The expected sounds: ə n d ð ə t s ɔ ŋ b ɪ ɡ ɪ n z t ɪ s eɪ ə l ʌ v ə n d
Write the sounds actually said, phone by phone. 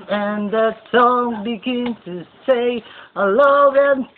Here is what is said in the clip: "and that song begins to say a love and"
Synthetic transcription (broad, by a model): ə n ð ə t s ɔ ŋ b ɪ ɡ ɪ n t ɪ s eɪ ə l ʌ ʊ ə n